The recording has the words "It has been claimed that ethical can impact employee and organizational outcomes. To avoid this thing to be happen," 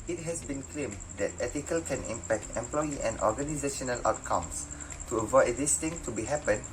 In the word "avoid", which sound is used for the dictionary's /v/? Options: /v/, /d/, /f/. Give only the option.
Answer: /v/